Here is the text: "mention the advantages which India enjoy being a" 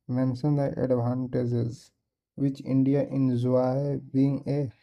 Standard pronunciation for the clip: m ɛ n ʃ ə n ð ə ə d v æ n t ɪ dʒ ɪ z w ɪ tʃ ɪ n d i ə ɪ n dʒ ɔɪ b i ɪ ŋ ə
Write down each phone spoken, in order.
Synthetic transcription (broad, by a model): m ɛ n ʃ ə n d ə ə d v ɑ n t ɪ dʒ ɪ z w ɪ tʃ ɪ n d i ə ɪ n z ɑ b i ɪ ŋ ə